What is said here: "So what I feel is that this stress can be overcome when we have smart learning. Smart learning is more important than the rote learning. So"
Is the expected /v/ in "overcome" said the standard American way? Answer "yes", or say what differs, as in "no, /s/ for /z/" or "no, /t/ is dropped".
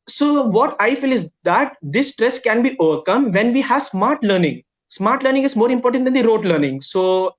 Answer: yes